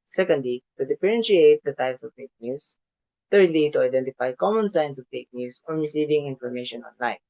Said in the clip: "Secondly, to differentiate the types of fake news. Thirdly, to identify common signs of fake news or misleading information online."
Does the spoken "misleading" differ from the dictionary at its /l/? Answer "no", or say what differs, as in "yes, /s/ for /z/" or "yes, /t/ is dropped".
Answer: yes, /l/ is dropped